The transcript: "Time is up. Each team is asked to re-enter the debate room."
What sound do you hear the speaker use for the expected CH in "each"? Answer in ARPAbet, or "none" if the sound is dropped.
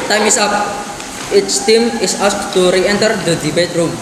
S